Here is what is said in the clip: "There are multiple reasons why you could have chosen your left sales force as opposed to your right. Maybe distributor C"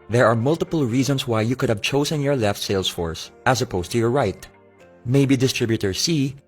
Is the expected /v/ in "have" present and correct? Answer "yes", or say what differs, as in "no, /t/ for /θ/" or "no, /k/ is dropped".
yes